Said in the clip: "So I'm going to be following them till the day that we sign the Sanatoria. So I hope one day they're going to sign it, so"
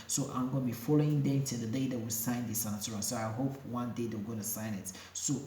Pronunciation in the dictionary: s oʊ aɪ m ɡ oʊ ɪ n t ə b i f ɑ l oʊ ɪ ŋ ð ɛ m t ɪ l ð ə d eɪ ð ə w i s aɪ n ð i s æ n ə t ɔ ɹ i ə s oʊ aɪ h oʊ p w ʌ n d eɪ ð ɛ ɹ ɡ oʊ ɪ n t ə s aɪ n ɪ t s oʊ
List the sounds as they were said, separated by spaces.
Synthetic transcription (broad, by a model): s oʊ aɪ m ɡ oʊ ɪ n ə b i f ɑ l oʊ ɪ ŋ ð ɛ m t ɪ l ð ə d eɪ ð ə w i s aɪ n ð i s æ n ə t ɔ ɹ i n s oʊ aɪ h oʊ p w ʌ n d eɪ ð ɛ w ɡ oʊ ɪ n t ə s aɪ n ɪ t s oʊ